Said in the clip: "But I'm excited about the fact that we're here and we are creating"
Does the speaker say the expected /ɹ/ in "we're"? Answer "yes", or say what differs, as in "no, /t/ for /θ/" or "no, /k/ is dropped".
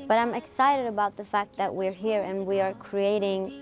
yes